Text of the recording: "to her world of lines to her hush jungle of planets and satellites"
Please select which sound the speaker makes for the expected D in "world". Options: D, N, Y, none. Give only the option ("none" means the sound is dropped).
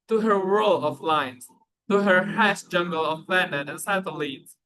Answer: none